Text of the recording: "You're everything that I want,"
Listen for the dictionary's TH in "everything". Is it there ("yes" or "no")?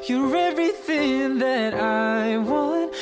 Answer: yes